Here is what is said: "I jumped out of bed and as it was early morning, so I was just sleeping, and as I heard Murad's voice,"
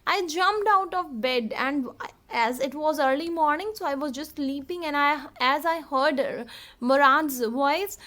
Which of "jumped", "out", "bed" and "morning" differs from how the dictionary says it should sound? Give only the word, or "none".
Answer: none